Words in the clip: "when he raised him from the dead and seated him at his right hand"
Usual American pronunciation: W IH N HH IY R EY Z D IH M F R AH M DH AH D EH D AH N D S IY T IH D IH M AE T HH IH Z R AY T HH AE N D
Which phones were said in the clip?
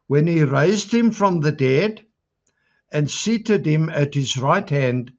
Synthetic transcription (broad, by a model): W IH N IY R EY Z D IH M F R AH M DH AH D EH D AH N S IY T IH D IH M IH T HH IH Z R AY T HH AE N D